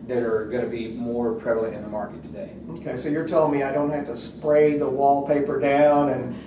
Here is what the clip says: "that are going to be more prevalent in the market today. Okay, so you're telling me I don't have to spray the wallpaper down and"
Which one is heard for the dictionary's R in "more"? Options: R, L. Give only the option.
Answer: R